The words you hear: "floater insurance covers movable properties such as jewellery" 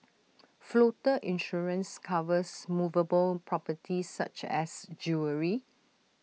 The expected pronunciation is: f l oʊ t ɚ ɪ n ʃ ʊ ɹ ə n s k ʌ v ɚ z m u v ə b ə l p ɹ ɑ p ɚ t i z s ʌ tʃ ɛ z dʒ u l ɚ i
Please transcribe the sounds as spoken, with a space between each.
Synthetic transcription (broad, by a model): f l oʊ t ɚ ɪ n ʃ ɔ ɹ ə n s k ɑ v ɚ s m u v ə b ə l p ɹ ɑ p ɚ t i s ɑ tʃ ɛ s dʒ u ɚ i